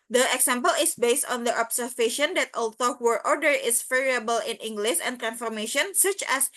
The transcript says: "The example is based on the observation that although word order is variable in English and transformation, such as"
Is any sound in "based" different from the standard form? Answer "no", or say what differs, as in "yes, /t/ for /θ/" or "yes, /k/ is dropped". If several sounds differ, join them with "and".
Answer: no